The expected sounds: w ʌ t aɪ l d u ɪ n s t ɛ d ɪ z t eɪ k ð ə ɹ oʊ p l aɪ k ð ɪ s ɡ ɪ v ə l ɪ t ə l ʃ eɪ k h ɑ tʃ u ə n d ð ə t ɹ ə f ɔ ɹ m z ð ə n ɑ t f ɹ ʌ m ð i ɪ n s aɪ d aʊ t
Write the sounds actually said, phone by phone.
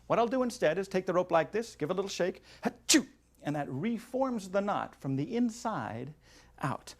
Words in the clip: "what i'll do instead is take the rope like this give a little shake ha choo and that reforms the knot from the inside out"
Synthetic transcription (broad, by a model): w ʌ t aɪ l d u ɪ n s t ɛ d ɪ z t eɪ k ð ə ɹ oʊ p l aɪ k ð ɪ s ɡ ɪ v ə l ɪ t l ʃ eɪ k h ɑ tʃ u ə n ð ə t ɹ ə f ɔ ɹ m z ð ə n ɑ t f ɹ ʌ m ð i ɪ n s aɪ d aʊ t